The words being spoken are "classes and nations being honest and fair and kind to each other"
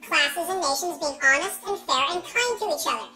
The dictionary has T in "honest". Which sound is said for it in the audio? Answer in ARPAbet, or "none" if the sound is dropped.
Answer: T